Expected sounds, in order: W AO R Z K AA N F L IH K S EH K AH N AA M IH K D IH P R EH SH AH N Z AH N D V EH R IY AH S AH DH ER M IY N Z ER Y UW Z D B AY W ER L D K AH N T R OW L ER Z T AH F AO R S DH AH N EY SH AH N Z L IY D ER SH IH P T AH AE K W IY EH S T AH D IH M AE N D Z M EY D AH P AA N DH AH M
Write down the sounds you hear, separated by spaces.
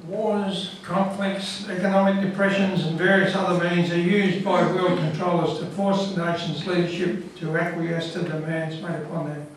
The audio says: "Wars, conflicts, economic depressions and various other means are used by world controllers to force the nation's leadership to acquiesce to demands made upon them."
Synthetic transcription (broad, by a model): W AO R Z K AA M F L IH K S EH K AH N AA M IH K D IH P R EH SH AH N Z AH N V EH R IY AH S AH DH ER M IY N Z ER Y UW Z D B AY W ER L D K AH N T R OW L ER Z T AH F AO R S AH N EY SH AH N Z L IY D ER SH IH P T AH AE K W IY EH S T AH D IH M AE N D Z M EY D AH P AA N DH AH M